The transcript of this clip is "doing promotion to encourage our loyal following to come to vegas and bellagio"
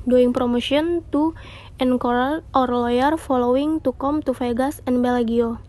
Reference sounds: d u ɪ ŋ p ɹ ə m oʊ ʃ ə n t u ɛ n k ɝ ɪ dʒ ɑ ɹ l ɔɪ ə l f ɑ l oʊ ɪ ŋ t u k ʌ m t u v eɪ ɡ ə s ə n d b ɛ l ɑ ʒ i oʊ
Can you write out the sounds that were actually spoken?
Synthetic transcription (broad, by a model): d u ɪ ŋ p ɹ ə m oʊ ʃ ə n t u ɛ n k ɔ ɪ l ɑ ɹ l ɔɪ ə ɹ f ɑ l oʊ ɪ ŋ t u k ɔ m t u f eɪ ɡ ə s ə n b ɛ l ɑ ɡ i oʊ